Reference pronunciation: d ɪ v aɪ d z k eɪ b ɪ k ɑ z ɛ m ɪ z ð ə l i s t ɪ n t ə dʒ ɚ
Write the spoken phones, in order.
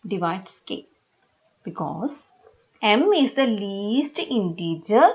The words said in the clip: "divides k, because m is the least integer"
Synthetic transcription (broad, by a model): d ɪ v aɪ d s k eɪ b ɪ k ɑ z ɛ m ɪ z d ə l i s t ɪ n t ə dʒ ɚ